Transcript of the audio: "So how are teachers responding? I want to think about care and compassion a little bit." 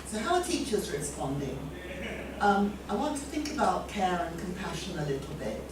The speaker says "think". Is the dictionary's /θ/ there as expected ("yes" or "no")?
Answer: yes